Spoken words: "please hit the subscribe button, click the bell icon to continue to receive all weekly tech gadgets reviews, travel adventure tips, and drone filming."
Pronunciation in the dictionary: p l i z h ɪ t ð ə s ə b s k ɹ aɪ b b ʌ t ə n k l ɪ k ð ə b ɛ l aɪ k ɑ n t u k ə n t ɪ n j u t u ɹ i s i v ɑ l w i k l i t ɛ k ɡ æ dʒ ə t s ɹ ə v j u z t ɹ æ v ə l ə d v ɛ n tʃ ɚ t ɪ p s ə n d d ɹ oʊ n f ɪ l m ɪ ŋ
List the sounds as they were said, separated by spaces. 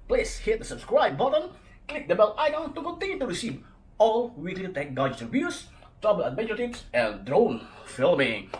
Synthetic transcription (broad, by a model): p l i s h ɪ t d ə s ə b s k ɹ aɪ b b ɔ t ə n k l ɪ k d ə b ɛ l aɪ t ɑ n t u k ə n t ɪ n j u t u ɹ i s i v ɑ l w i k l i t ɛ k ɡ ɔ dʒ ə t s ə b j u s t ɹ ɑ b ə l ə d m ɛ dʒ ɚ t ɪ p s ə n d d ɹ oʊ n f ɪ l m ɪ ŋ